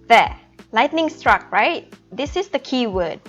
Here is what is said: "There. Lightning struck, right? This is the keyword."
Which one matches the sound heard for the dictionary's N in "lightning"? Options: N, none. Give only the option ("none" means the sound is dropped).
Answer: N